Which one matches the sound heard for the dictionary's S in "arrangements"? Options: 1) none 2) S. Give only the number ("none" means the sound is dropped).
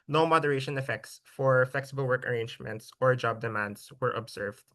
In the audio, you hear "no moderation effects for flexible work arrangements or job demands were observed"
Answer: 2